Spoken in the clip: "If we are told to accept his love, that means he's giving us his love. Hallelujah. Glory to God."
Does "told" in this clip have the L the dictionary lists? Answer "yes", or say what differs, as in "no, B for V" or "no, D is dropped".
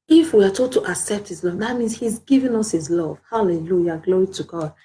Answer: no, L is dropped